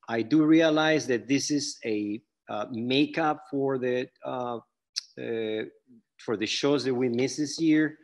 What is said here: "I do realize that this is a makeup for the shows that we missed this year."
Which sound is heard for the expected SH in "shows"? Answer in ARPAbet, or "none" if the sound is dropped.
SH